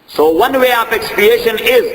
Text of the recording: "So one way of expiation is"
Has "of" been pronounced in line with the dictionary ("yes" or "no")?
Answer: no